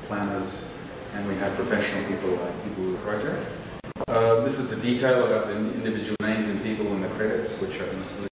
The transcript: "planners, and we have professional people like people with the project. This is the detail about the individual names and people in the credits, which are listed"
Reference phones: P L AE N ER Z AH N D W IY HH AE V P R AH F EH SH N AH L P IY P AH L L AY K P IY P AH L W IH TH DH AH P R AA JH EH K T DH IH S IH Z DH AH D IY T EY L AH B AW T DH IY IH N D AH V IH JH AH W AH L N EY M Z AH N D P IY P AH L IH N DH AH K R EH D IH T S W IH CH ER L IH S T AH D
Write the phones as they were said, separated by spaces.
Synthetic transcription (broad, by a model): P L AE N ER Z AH N W IY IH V P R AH F EH SH N L P IY P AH L L AY K P IY P L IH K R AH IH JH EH T DH IH S IH Z DH AH D IY T EY L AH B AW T DH IY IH N D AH V IH JH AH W L N EY M Z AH N P IY P L IH N DH AH K R EH D IH T S W IH CH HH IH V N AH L